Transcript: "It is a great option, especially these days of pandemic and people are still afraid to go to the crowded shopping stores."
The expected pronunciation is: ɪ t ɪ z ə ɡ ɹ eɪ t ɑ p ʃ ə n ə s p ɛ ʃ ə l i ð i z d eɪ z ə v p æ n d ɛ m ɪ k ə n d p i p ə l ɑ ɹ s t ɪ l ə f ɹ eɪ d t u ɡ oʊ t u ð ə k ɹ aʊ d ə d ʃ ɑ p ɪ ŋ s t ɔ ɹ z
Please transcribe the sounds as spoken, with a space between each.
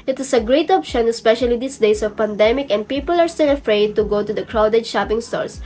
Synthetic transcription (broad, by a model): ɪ t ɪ s ə ɡ ɹ eɪ t ɑ p ʃ ə n ə s p ɛ ʃ ə l i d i s d eɪ s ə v p æ n d ɛ m ɪ k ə n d p i p ə l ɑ ɹ s t ɪ l ə f ɹ eɪ d t u ɡ oʊ t u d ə k ɹ aʊ d ə d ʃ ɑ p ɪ ŋ s t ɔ ɹ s